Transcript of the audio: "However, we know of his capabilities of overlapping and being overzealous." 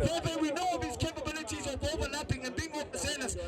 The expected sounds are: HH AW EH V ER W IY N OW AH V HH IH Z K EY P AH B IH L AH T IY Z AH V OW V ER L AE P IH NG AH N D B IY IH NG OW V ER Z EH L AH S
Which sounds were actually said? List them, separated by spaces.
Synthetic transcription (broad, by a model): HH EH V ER W IY N OW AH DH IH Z K EY P AH B IH L AH T IY Z AH V OW V ER L AE P IH NG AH N B IY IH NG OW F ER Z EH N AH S